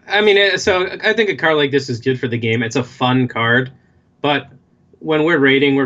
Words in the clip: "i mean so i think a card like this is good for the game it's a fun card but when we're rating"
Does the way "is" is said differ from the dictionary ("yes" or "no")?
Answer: no